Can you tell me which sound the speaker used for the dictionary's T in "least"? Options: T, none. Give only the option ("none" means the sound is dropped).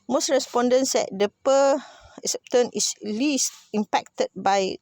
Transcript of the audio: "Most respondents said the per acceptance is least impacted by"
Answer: T